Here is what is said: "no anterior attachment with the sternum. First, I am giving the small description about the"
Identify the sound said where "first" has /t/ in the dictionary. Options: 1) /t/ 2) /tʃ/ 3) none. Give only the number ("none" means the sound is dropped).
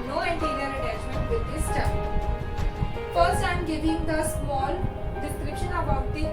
3